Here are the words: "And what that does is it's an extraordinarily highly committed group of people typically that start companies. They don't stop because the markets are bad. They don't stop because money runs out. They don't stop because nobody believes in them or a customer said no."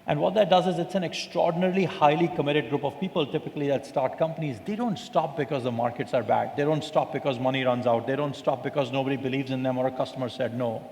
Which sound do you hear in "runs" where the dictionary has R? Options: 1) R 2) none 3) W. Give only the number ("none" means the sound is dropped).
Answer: 1